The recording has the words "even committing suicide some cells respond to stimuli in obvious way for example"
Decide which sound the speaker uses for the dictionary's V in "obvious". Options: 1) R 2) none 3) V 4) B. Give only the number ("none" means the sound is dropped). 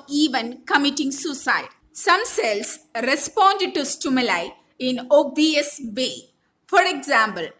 2